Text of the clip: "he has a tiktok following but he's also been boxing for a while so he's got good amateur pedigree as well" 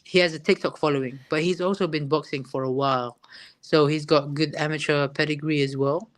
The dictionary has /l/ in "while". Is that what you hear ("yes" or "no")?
yes